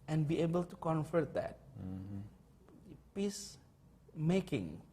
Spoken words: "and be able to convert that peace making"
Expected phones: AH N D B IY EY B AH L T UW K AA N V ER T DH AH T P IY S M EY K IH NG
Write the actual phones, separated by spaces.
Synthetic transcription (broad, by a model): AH N B IY EY B AH L T UW K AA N F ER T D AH T P IY S M EY K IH NG